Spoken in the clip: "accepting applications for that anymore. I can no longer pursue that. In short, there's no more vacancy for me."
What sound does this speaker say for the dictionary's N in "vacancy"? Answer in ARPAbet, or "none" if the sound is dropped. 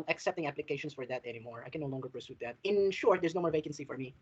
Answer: N